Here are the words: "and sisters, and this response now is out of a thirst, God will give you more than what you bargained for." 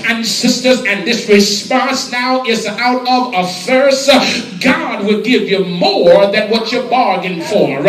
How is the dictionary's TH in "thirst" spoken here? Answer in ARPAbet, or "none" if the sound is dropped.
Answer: F